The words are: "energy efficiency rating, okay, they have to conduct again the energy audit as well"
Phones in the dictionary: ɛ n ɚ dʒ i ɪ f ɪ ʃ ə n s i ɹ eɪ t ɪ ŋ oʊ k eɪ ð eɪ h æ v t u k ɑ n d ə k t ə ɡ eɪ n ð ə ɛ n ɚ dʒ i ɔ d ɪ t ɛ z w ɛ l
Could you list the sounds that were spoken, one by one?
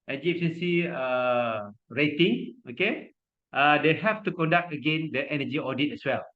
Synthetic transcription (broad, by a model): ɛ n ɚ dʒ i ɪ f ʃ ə n s i ɹ eɪ t ɪ ŋ oʊ k eɪ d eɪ h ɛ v t u k ɑ n d ə k t ə ɡ eɪ n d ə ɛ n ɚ dʒ i ɔ d ɪ t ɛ s w ɛ l